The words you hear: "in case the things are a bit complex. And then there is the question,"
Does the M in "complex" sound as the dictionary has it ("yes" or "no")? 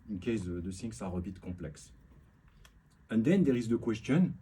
no